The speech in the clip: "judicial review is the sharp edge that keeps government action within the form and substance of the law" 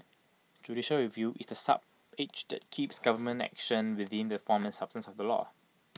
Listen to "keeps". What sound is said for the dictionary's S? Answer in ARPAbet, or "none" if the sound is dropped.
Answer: S